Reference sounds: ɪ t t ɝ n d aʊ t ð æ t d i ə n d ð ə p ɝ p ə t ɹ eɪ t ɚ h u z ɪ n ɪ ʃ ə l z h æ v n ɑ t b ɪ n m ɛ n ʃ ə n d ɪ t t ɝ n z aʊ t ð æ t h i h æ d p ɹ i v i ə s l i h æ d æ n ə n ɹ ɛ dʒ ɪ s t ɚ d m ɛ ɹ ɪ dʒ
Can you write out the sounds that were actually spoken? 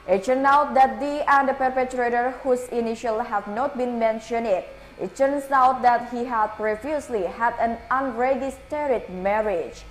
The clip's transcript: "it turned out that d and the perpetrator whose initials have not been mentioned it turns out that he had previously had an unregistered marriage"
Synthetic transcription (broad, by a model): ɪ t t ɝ n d aʊ t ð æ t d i ə n d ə p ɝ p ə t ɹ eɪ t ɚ h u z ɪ n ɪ ʃ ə l h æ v n ɑ t b ɪ n m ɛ n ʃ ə n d ɪ t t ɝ n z aʊ t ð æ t h i h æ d p ɹ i f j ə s l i h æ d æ n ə n ɹ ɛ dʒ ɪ s t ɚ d m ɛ ɹ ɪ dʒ